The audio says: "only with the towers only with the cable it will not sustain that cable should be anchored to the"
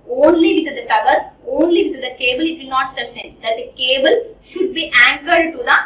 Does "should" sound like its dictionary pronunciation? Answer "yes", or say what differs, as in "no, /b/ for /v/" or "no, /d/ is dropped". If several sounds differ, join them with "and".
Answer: yes